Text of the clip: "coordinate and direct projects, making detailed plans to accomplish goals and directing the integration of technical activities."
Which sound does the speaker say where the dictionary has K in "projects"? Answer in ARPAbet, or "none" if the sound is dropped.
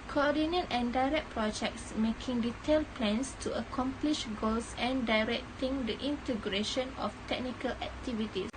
K